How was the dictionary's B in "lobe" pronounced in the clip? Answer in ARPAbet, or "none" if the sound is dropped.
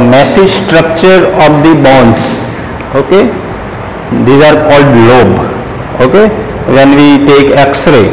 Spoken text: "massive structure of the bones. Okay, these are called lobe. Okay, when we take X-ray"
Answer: B